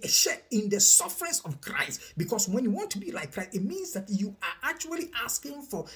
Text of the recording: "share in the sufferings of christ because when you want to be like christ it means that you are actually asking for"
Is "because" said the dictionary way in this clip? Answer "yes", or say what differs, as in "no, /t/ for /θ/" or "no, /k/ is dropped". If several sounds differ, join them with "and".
no, /s/ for /z/